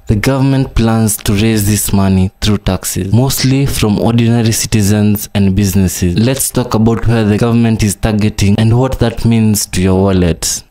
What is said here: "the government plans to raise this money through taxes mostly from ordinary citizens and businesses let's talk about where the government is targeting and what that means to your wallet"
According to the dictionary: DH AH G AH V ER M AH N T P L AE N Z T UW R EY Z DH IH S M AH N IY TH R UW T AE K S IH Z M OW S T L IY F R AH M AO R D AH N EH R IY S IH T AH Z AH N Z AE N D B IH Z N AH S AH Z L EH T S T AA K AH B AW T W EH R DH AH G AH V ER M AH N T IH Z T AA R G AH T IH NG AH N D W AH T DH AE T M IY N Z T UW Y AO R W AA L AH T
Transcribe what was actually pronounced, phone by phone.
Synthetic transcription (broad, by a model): DH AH G AH V ER M AH N T P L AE N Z T UW R EY Z DH IH S M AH N IY TH R UW T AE K S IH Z M OW S T L IY F R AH M AO R D AH N EH R IY S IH T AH Z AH N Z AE N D B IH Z N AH S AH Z L EH T S T AA K AH B AW T W EH R DH AH G AH V ER M AH N T IH Z T AA R G AH T IH NG AH N D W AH T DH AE T M IY N Z T UW Y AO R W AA L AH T